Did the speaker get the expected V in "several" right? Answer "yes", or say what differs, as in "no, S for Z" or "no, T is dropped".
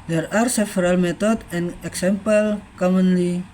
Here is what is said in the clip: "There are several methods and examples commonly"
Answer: no, F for V